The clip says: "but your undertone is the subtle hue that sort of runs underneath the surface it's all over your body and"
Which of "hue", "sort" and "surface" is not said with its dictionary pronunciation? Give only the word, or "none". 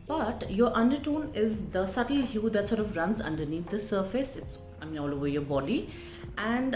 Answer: none